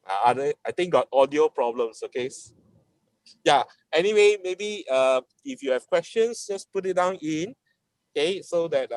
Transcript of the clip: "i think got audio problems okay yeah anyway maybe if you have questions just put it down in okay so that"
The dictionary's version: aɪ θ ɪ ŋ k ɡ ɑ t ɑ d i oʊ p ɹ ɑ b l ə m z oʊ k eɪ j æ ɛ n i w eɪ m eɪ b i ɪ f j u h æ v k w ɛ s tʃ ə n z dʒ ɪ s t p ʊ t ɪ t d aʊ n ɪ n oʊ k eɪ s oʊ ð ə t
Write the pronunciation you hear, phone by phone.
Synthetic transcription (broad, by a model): aɪ t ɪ ŋ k ɡ ɑ t ɑ d i oʊ p ɹ ɑ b l ə m s oʊ k eɪ j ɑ ɛ n i w eɪ m eɪ b i ɪ f j u h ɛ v k w ɛ s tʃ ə n s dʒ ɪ s p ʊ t ɪ t d aʊ n ɪ n oʊ k eɪ s oʊ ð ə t